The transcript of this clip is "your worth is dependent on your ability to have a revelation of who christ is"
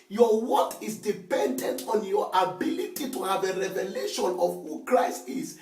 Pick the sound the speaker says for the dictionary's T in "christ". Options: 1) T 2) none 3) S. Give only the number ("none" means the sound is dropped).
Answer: 1